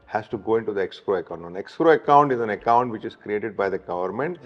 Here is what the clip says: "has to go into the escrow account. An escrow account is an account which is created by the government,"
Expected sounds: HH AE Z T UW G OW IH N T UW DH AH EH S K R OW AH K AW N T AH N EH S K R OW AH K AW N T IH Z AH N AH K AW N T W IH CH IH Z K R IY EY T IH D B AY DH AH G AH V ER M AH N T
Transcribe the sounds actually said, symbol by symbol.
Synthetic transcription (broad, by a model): HH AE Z T UW G OW IH N T UW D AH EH S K R OW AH K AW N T AH N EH S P R OW AH K AW N T IH Z AH N AH K AW N T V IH CH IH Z K R IY EY T IH D B AY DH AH G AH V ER M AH N T